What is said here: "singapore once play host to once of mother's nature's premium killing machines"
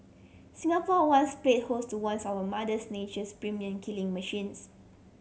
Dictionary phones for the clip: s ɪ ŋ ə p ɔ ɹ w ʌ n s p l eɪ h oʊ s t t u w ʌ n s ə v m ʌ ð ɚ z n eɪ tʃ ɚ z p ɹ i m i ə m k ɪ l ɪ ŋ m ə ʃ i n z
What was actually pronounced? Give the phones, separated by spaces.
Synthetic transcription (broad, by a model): s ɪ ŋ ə p ɔ w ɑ n s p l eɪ h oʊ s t t u w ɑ n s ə w m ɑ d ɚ s n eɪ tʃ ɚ s p ɹ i m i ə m k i l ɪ ŋ m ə ʃ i n s